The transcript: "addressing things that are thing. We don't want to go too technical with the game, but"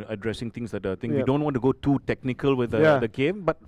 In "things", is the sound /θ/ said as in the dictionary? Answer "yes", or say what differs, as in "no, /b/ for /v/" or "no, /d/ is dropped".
no, /t/ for /θ/